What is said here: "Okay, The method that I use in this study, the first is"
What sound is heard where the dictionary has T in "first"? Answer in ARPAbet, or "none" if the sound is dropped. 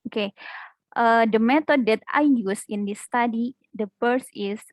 none